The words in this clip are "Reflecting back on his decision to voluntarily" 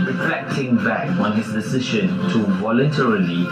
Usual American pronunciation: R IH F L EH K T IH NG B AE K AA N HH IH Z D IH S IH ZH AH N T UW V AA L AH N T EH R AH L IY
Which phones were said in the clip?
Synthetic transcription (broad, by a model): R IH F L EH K T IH NG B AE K AA N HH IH S D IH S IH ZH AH N T UW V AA L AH N T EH R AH L IY